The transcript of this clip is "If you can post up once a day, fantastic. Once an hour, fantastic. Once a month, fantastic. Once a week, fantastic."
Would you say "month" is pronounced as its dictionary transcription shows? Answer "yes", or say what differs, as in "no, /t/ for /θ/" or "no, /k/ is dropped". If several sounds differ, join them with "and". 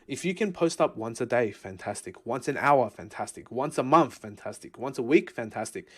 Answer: yes